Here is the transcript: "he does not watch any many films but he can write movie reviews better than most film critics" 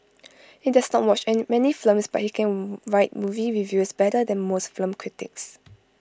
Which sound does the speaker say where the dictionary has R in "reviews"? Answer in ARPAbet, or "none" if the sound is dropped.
W